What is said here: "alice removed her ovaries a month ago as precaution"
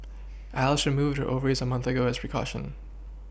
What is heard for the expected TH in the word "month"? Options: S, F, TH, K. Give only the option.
TH